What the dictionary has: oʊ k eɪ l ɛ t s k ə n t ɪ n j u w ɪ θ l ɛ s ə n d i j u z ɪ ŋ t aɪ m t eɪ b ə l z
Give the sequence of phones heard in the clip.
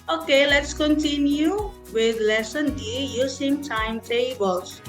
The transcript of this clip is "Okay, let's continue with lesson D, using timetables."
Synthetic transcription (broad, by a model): oʊ k eɪ l ɛ t s k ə n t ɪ n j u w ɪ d l ɛ s ə n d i j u s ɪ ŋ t aɪ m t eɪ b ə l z